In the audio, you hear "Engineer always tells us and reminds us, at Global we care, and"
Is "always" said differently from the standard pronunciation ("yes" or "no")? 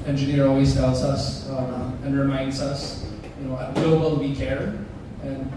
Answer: no